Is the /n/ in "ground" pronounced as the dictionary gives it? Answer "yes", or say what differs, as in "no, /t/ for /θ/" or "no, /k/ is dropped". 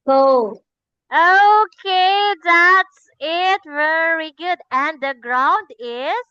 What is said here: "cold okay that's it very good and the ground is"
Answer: yes